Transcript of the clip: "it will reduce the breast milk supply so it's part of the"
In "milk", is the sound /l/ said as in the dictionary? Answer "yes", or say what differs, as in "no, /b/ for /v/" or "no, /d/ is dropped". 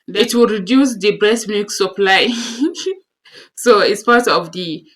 no, /l/ is dropped